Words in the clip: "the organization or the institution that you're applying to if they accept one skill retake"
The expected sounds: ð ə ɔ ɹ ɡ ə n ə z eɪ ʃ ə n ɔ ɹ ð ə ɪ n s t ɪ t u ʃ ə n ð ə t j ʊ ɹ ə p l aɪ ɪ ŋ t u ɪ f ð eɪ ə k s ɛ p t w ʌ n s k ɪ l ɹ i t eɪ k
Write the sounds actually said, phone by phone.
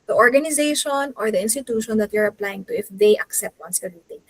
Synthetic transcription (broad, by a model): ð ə ɔ ɹ ɡ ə n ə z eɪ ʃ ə n ɔ ɹ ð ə ɪ n s t ɪ t u ʃ ə n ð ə t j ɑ ɹ ə p l aɪ ɪ ŋ t u ɪ f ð eɪ ə k s ɛ p t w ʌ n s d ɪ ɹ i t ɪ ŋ